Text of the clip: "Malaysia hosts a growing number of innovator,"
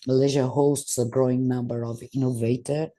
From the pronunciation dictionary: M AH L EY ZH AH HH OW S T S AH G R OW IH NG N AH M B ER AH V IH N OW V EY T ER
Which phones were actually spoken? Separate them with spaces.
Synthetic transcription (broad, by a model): M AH L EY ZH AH HH OW S T S AH G R OW IH NG N AH M B ER AH V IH N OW V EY T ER